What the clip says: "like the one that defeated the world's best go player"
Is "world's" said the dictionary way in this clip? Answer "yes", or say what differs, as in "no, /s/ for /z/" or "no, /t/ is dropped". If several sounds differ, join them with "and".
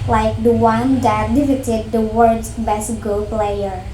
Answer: no, /l/ is dropped